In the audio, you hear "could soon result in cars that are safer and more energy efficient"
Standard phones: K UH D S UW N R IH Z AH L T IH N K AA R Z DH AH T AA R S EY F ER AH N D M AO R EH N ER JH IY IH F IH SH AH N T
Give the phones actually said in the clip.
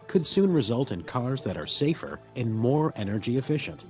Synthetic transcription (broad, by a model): K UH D S UW N R IH Z AH L T IH N K AA R Z DH AH T AA R S EY F ER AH N M AO R EH N ER JH IY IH F IH SH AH N T